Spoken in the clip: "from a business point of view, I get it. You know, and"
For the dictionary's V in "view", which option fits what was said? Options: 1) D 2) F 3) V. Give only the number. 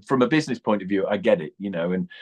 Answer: 3